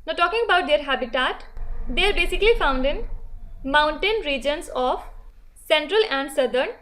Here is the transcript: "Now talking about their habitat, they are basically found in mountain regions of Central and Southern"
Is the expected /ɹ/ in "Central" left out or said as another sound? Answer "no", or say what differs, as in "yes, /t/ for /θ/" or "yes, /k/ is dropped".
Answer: no